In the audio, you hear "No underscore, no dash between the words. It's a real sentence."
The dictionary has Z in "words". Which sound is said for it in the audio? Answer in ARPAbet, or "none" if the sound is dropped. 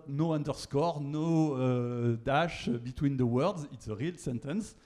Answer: Z